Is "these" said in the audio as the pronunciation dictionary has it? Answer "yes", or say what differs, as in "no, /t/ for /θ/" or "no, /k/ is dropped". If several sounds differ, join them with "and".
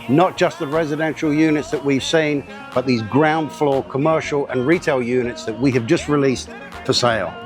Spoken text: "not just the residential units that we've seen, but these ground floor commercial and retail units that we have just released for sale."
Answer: yes